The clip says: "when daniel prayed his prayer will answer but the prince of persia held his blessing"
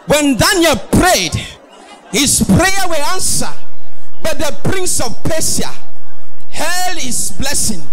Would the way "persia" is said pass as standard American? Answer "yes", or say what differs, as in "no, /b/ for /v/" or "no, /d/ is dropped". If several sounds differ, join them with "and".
no, /s/ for /ʒ/